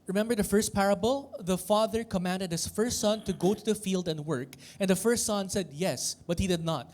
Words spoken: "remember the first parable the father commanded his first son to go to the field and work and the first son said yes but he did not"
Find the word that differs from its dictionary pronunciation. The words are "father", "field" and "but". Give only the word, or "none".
none